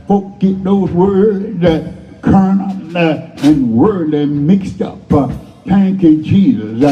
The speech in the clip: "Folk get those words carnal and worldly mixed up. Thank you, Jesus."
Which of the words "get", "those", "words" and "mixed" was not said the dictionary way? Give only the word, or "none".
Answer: none